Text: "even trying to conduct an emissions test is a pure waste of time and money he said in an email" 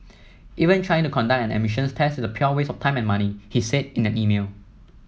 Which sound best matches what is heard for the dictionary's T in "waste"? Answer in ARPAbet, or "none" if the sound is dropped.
none